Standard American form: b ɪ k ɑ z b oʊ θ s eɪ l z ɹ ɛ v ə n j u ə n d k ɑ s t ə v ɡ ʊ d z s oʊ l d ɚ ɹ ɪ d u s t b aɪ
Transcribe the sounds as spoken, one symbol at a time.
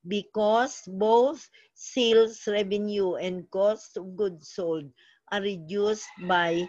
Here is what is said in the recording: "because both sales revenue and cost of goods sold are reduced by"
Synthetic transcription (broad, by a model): b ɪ k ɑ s b oʊ θ s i l s ɹ ɛ v ə n j u ə n d k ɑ s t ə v ɡ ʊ d s oʊ l d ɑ ɹ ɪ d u s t b aɪ